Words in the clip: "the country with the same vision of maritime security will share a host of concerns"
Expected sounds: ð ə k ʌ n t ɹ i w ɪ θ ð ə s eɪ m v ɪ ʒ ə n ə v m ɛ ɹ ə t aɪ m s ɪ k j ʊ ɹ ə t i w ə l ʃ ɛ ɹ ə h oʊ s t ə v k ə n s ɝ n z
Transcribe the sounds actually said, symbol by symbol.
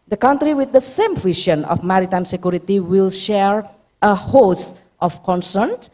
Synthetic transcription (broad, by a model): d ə k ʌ n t ɹ i w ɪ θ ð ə s eɪ m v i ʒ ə n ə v m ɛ ɹ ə t aɪ m s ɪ k j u ɹ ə t i w ə l ʃ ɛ ɹ ə h oʊ s t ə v k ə n s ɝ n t